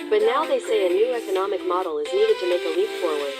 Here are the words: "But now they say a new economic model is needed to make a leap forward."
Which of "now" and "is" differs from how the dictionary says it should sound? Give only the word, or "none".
none